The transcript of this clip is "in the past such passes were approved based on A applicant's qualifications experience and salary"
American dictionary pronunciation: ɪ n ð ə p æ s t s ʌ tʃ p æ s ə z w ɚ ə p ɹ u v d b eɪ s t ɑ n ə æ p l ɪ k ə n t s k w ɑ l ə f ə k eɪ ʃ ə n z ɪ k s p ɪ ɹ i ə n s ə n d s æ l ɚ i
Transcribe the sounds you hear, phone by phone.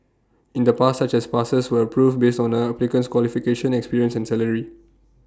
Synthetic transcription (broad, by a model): ɪ n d ə p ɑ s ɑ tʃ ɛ s p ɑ s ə s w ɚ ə p ɹ u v b eɪ s t ɑ n ə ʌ p l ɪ k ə n s k w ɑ l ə f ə k eɪ ʃ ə n ɪ k s p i ɹ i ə n s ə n s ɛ l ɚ i